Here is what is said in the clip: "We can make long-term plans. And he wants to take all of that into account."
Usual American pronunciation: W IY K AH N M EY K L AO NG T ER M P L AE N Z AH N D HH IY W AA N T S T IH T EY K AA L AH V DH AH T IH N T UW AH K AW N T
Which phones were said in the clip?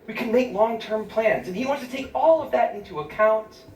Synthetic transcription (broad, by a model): W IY K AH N M EY K L AO NG T ER M P L AE N Z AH N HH IY W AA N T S T IH T EY K AA L AH V DH AH T IH N T UW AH K AW N T